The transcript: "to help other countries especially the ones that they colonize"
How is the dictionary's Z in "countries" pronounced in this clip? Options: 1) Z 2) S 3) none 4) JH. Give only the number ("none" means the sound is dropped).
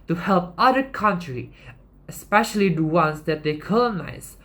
3